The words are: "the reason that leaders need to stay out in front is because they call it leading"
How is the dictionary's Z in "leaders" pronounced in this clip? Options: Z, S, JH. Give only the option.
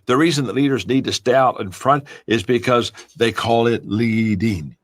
Z